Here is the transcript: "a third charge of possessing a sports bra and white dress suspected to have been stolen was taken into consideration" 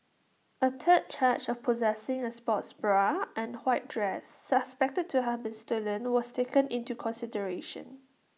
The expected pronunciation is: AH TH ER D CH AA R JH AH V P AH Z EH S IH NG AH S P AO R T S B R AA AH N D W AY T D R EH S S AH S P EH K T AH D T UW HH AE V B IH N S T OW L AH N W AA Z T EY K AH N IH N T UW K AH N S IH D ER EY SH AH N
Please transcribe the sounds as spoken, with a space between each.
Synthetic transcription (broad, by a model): AH T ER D CH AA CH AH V P AH Z EH S IH NG AH S P AO T S B R AA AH N W AY T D R EH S S AH S P EH K T AH D T UW HH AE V B IH N S T OW L AH N W AA S T EY K AH N IH N T UW K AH N S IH D ER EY SH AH N